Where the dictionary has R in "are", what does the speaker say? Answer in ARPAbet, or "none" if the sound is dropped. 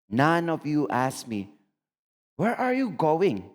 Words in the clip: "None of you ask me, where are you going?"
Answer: R